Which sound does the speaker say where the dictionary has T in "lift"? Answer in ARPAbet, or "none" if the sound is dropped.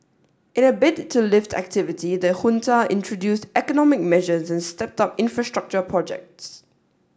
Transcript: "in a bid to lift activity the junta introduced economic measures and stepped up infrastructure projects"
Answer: T